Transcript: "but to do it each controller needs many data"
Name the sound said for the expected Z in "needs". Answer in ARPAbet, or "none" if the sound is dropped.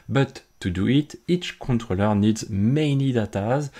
Z